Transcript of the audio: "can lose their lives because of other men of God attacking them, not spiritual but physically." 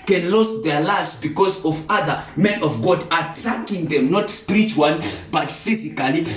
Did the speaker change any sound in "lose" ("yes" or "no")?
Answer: yes